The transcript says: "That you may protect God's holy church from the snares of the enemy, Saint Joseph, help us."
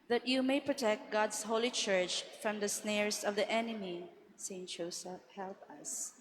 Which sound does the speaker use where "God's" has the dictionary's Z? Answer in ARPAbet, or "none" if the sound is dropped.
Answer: S